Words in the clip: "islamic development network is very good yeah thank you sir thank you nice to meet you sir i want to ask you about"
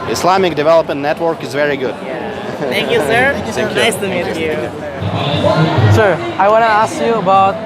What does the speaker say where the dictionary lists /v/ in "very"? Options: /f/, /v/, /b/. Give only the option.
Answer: /v/